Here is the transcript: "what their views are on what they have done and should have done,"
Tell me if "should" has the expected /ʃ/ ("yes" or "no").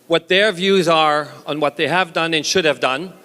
yes